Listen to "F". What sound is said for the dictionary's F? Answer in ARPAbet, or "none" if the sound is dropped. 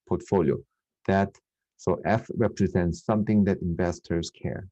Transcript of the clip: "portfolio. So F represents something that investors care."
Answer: F